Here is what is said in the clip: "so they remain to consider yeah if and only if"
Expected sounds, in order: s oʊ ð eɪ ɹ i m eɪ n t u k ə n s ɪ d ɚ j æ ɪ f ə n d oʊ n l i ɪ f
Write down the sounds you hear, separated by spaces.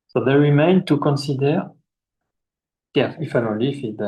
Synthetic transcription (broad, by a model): s oʊ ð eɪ ɹ i m eɪ n t u k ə n s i d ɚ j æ ɪ f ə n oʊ l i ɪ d